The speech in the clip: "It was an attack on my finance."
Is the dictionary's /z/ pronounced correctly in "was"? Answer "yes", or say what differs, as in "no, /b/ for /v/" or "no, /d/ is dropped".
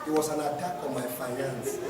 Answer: no, /s/ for /z/